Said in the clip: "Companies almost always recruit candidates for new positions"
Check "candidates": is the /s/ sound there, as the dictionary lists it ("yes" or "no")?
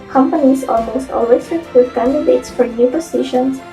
yes